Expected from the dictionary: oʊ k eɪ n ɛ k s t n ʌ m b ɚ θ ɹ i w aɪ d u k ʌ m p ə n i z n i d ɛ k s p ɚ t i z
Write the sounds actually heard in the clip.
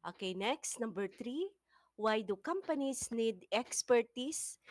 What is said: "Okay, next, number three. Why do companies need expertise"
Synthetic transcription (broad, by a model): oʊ k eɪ n ɛ k s t n ʌ m b ɚ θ ɹ i w aɪ d u k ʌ m p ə n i s n i d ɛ k s p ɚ t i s